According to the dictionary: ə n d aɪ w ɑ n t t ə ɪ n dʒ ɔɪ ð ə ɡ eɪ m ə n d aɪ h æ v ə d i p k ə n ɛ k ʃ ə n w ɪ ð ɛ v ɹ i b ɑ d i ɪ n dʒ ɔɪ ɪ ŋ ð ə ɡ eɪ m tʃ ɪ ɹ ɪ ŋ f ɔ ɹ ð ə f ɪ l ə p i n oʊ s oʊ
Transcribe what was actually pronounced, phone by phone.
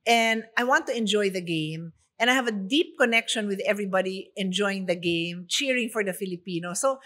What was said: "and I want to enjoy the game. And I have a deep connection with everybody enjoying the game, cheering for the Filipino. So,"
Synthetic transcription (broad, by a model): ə n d aɪ w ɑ n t t ə ɪ n dʒ ɔɪ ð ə ɡ eɪ m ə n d aɪ h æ v ə d i p k ə n ɛ k ʃ ə n w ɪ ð ɛ v ɹ i b ɑ d i ɪ n dʒ ɔɪ ɪ ŋ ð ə ɡ eɪ m tʃ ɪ ɹ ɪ ŋ f ɔ ɹ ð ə f ɪ l ə p i n oʊ s oʊ